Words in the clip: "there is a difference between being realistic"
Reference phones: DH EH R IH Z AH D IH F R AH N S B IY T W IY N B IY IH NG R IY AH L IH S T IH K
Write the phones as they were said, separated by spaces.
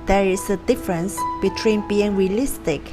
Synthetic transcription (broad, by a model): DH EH R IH S AH D IH F R AH N S B IY T W IY N B IY IH NG R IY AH L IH S T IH K